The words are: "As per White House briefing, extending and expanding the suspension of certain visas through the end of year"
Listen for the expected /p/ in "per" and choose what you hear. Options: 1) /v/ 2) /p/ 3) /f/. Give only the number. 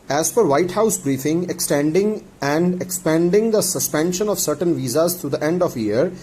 3